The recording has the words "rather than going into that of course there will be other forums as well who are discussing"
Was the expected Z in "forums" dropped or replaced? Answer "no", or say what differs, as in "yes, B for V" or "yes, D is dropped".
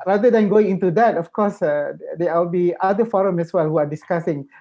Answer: yes, Z is dropped